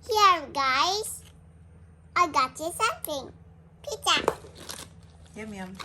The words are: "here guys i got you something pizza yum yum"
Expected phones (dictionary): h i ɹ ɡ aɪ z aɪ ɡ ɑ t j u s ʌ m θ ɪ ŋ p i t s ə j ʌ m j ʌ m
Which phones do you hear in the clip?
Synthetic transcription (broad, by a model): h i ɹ ɡ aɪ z aɪ ɡ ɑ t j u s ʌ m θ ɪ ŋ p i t ə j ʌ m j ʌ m